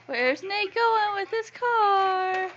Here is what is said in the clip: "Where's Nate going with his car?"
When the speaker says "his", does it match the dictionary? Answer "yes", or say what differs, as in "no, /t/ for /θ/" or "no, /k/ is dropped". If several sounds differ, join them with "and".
no, /s/ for /z/